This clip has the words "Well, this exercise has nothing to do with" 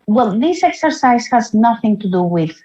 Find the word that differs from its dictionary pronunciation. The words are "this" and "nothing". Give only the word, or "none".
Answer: none